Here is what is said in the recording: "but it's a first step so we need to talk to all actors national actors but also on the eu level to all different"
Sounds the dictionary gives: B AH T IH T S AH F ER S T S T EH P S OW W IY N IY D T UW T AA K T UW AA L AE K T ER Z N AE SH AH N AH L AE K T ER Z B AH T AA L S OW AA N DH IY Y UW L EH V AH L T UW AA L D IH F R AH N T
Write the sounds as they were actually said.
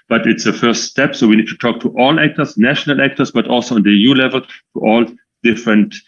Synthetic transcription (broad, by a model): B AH T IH T S AH F ER S T S T EH P S OW W IY N IY D T UW T AA K T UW AA L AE K T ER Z N AE SH AH N AH L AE K T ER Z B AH T AA L S OW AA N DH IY Y UW L EH V AH L T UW AA L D IH F R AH N T